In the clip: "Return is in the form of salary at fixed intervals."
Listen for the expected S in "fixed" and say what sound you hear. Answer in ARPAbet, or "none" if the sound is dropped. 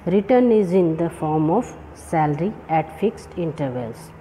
S